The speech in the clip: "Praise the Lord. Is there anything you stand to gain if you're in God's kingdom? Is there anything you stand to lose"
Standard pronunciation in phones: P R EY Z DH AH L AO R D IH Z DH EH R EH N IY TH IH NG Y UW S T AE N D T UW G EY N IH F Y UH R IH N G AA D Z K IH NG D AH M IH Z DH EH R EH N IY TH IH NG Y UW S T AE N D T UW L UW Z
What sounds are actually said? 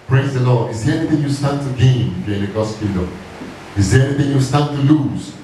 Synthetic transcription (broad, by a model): P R EY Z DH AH L AO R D IH Z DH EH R EH N IY TH IH NG Y UW S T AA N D T UW G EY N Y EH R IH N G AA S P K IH D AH IH Z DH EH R EH N IY TH IH NG Y UW S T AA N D T UW L UW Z